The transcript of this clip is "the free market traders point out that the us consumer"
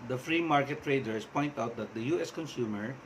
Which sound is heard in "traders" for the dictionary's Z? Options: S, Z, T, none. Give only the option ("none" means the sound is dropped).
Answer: S